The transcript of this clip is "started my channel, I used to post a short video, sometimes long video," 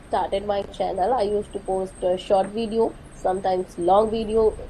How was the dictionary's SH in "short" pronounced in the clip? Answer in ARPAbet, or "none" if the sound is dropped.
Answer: SH